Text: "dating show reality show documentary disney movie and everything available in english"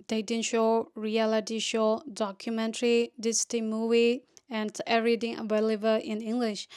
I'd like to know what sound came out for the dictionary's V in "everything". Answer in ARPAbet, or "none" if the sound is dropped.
none